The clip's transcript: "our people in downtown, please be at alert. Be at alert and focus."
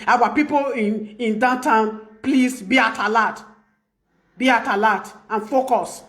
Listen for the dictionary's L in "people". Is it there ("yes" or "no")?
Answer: no